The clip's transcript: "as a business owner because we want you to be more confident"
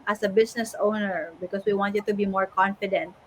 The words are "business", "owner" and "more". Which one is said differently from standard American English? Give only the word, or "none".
business